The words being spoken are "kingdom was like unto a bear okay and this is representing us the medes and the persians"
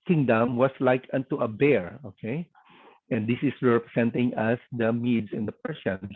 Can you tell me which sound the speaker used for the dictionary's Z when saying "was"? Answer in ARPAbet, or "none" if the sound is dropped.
S